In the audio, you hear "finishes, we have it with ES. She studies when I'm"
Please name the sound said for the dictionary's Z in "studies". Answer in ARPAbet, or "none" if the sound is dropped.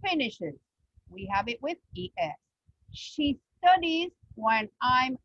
Z